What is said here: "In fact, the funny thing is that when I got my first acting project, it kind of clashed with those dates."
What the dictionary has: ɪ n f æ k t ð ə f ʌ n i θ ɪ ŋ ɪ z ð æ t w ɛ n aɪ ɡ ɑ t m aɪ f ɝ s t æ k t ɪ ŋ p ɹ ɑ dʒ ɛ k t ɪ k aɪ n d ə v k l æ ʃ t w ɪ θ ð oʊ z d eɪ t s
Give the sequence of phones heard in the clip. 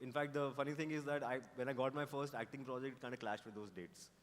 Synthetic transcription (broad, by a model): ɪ n f æ k t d ə f ʌ n i t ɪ ŋ ɪ z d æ t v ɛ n aɪ ɡ ɑ t m aɪ f ɝ s t æ k t ɪ ŋ p ɹ ɑ dʒ ɛ k t k aɪ n d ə k l æ ʃ t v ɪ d oʊ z d eɪ t s